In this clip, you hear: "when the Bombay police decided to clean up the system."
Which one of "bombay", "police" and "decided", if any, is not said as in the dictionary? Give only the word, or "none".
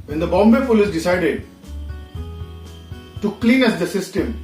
police